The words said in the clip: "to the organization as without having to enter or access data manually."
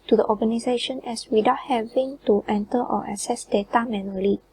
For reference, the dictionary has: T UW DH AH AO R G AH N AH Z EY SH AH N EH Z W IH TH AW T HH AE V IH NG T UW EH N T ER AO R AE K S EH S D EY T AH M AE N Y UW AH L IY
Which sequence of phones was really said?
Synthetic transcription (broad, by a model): T UW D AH AO G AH N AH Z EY SH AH N EH S W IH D AW T HH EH V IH NG T UW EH N T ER AO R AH S EH S D EY T AH M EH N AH L IY